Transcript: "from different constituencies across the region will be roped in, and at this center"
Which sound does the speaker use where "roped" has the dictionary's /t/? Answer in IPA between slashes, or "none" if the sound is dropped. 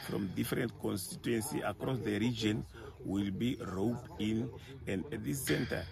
none